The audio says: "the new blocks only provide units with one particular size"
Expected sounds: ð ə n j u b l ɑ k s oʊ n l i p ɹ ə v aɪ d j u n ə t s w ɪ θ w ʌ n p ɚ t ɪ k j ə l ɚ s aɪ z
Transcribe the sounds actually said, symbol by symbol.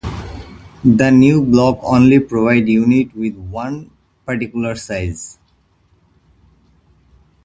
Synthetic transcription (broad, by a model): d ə n j u b l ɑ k oʊ n l i p ɹ ə v aɪ d j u n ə t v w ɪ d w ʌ n p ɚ t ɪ k j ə l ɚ s aɪ z